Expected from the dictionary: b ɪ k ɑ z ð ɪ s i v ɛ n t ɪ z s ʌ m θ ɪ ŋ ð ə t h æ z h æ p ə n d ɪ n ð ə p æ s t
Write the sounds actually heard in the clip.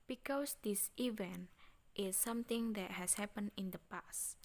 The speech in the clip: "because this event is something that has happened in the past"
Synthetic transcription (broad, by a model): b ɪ k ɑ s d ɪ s i v ɛ n t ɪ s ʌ m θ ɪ ŋ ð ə t h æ s h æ p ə n ɪ n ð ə p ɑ s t